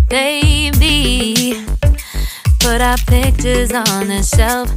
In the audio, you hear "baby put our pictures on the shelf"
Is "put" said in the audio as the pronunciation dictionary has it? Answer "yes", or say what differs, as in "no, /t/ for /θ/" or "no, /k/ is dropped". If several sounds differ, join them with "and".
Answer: no, /b/ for /p/